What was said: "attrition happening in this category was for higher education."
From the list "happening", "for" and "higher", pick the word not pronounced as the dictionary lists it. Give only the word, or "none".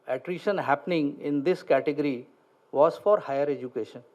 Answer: none